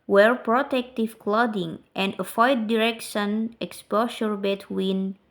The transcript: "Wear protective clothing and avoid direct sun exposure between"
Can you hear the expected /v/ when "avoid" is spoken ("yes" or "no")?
no